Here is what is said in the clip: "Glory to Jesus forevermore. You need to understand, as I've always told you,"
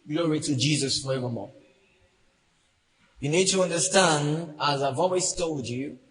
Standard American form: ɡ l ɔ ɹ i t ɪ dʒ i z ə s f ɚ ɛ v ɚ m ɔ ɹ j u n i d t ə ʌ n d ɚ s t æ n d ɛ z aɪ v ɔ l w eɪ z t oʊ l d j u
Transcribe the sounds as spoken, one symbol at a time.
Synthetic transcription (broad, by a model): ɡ l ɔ ɹ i t ɪ dʒ i z ə s f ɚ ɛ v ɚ m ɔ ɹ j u n i d t ə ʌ n d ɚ s t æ n d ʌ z aɪ v ɔ l w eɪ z t oʊ l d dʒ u